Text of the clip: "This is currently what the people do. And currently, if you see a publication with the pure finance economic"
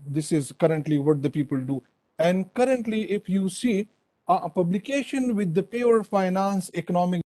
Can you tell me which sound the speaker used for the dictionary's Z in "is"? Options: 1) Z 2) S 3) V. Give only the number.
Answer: 1